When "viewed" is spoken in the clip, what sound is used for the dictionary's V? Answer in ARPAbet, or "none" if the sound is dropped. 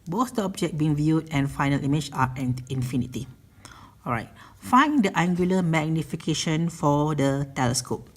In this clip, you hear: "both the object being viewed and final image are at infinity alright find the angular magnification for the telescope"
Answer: V